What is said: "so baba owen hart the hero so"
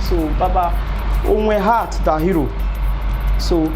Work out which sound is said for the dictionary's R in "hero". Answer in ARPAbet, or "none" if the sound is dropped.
R